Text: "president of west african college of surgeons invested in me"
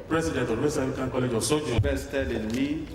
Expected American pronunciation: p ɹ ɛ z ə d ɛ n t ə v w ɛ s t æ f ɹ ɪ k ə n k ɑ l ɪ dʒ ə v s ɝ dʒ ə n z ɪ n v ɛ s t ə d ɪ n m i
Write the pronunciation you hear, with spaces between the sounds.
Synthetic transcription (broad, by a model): p ɹ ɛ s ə d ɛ n t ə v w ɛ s ɑ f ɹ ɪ k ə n k ɑ l ɪ dʒ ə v s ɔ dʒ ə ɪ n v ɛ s t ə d ɪ n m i